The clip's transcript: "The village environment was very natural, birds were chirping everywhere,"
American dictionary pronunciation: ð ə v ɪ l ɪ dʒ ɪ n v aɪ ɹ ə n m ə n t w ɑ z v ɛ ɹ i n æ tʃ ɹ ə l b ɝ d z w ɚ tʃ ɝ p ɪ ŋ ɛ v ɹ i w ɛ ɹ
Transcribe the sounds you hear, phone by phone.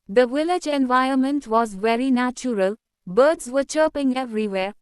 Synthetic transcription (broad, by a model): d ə v ɪ l ɪ dʒ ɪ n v aɪ ə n m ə n t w ɑ z v ɛ ɹ i n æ tʃ ɹ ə l b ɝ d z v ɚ tʃ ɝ p ɪ ŋ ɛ v ɹ i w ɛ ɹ